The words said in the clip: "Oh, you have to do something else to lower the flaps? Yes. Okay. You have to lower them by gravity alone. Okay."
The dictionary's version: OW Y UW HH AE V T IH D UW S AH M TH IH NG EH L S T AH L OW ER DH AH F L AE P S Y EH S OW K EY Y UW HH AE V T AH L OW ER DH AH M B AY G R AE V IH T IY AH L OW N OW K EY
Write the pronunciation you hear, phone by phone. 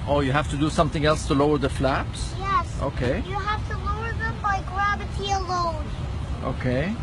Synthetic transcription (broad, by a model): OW Y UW HH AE F T IH D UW S AH M TH IH NG EH L S T AH L OW ER DH AH F L AE P S Y EH S OW K EY Y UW HH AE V T AH L OW ER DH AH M B AY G R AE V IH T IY AH L OW N OW K EY